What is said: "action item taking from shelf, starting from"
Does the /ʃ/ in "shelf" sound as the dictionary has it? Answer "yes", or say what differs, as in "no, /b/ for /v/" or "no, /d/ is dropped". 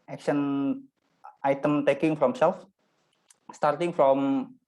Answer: no, /s/ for /ʃ/